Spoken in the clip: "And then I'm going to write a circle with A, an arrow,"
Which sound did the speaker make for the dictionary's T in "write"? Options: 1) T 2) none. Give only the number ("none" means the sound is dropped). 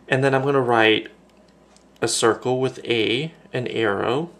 1